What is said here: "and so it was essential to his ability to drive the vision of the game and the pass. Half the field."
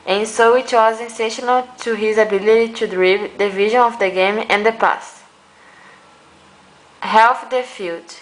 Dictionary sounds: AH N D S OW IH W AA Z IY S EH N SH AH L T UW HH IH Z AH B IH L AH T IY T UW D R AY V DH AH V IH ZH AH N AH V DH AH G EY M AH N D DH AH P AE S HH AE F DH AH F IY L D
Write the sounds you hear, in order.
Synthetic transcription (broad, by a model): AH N S OW IH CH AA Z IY S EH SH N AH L T UW HH IH Z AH B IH L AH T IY T UW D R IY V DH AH V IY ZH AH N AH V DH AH G EY M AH N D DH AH P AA S HH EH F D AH F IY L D